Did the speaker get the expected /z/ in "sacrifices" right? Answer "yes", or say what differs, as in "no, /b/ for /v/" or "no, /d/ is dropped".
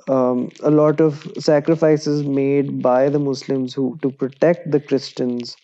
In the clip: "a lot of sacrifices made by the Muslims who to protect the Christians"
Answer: yes